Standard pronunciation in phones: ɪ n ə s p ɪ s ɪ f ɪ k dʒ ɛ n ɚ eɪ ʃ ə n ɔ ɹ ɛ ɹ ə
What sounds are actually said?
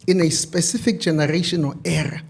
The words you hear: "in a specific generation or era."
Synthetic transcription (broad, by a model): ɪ n ə s p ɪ s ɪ f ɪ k dʒ ɛ n ɚ eɪ ʃ ə n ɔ l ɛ ɹ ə